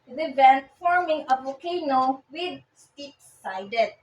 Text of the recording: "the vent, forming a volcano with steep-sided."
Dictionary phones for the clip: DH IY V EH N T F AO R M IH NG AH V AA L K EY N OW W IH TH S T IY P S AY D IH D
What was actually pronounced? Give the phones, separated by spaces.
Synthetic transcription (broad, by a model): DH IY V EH N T F AO R M IH NG AH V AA K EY N OW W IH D S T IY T S AY D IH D